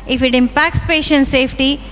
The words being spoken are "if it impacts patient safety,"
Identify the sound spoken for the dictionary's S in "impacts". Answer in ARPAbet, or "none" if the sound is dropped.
S